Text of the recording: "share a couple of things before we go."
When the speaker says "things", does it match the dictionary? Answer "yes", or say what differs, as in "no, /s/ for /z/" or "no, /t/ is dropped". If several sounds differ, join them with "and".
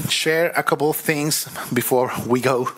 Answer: yes